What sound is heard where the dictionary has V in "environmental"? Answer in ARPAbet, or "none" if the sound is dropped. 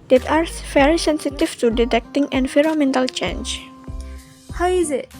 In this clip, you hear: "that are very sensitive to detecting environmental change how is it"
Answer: F